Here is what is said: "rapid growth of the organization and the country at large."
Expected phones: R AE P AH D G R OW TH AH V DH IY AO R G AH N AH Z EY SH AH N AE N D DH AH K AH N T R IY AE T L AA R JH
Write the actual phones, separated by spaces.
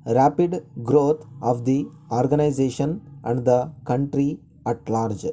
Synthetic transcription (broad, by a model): R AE P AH D G R OW T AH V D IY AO R G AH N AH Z EY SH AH N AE N D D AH K AH N T R IY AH T L AA R JH